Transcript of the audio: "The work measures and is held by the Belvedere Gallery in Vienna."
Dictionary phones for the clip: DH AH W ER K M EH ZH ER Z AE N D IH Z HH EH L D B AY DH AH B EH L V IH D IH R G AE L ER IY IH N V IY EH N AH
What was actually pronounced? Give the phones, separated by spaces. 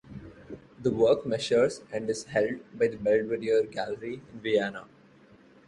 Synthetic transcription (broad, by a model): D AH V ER K M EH SH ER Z AE N D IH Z HH EH L D B AY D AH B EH L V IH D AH R G AE L ER IY IH N V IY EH N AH